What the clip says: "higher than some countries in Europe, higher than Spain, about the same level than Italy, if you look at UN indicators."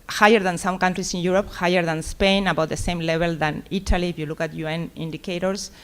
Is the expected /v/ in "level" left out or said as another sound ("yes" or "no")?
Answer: yes